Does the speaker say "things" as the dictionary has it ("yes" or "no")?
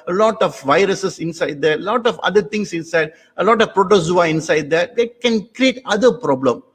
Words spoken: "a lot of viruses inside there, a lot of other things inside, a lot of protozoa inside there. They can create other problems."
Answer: no